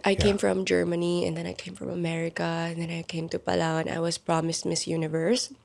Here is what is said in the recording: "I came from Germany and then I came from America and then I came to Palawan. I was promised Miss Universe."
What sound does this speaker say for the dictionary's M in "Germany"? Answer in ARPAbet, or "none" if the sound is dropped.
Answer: M